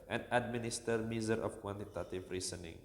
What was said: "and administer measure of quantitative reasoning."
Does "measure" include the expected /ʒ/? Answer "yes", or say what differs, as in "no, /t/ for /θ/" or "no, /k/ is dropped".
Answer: no, /z/ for /ʒ/